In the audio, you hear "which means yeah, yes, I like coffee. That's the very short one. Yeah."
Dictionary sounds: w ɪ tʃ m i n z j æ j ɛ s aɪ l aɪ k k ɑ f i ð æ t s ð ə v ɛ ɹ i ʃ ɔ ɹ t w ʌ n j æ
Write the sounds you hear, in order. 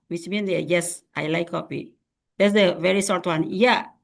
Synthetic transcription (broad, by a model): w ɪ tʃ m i n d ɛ j ɛ s aɪ l aɪ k k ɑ p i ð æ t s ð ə v ɛ ɹ i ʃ ɔ ɹ t w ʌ n j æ